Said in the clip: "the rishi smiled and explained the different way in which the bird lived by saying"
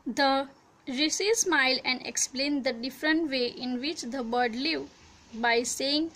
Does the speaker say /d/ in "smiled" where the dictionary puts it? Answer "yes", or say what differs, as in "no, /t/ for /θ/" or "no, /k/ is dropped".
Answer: no, /d/ is dropped